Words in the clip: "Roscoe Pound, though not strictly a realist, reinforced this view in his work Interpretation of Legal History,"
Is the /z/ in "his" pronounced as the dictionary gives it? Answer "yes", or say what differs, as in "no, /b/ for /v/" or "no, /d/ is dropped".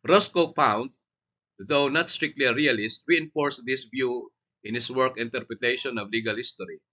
no, /s/ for /z/